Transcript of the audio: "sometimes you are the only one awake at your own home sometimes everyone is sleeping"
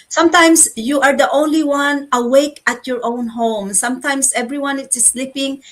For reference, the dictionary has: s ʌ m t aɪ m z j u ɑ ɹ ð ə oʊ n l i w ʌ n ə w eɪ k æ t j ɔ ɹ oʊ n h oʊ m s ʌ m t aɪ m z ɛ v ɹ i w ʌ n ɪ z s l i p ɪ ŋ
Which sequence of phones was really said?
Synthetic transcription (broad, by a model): s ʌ m t aɪ m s j u ɑ ɹ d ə oʊ n l i w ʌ n ə w eɪ k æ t j ɔ ɹ oʊ n h oʊ m s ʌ m t aɪ m s ɛ v ɹ i w ʌ n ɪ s s l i p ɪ ŋ